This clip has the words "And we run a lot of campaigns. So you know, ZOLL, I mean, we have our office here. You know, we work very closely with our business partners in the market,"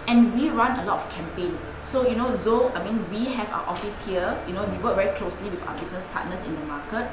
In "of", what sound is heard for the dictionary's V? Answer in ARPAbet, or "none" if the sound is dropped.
F